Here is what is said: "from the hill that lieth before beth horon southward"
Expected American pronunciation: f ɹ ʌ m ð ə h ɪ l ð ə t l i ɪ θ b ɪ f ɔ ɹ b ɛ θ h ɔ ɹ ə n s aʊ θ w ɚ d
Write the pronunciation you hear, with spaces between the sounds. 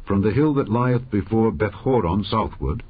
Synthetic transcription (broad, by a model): f ɹ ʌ m ð ə h ɪ l ð ə t l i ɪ θ b ɪ f ɔ ɹ b ɛ θ h ɔ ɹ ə n s aʊ θ w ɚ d